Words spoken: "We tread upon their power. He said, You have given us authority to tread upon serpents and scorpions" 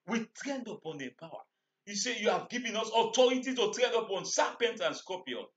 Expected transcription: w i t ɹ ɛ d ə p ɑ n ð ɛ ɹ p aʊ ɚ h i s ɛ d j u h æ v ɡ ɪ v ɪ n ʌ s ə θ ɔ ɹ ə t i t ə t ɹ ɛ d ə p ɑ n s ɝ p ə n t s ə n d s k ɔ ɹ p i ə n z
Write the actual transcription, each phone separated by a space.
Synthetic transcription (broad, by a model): w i t ɹ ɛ d ə p ɑ n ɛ p aʊ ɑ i s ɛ j u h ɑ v ɡ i v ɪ n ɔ s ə t ɔ ɹ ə t i t ə t ɹ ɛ d ə p ɑ n s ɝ p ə n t ə n s k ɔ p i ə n